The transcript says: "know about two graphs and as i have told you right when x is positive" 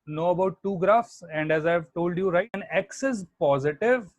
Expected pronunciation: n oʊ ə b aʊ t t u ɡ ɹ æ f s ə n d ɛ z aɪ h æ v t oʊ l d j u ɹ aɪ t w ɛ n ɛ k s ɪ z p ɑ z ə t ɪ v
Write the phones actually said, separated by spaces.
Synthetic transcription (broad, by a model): n oʊ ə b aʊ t t u ɡ ɹ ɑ f s ə n d ɛ z aɪ v t oʊ l d j u ɹ aɪ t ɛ n ɛ k s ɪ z p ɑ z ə t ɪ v